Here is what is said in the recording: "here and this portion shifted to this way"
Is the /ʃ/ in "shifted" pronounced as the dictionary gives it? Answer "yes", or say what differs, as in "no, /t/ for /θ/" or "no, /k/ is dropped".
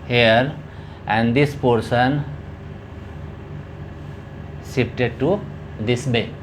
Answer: no, /s/ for /ʃ/